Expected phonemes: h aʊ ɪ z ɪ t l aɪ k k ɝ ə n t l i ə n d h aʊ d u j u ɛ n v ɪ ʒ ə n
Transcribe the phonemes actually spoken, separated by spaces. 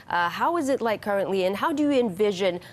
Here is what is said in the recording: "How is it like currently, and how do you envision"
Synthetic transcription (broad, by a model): h aʊ ɪ z ɪ t l aɪ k k ɝ ə n t l i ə n h aʊ d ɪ j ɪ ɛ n v ɪ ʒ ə n